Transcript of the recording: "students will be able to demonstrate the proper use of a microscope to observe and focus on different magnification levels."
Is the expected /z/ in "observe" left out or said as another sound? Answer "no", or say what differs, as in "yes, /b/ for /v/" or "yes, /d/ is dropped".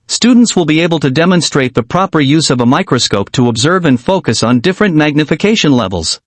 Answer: no